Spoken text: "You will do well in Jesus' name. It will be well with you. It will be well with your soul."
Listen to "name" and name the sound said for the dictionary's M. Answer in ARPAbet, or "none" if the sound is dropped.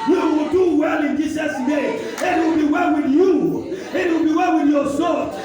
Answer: none